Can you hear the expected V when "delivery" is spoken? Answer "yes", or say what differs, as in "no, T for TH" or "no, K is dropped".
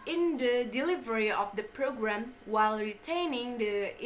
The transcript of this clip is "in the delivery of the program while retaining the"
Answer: yes